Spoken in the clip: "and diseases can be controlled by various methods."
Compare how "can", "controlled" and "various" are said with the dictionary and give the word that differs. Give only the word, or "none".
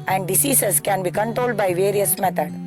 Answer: none